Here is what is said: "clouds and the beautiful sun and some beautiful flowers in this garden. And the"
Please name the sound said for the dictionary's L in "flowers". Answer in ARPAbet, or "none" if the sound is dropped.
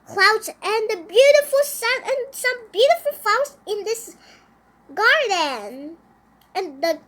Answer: none